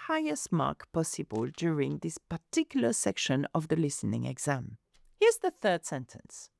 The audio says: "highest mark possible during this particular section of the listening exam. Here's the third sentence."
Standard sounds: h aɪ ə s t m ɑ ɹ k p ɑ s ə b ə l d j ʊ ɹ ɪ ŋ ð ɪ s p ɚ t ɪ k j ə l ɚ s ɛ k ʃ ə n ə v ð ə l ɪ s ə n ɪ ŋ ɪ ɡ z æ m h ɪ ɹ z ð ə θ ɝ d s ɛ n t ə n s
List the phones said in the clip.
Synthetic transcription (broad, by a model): h aɪ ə s t m ɑ ɹ k p ɑ s ə b ə l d j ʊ ɹ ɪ ŋ ð ɪ s p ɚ t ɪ k j l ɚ s ɛ k ʃ ə n ə v ð ə l ɪ s ə n ɪ ŋ ɪ ɡ z æ m h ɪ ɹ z ð ə θ ɝ d s ɛ n t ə n s